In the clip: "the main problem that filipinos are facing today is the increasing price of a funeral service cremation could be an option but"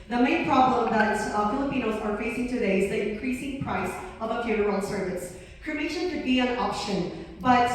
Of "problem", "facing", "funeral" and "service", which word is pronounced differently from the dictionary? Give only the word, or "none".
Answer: funeral